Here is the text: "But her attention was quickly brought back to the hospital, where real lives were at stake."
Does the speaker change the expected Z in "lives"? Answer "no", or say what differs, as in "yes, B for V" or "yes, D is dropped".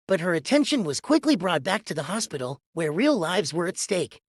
no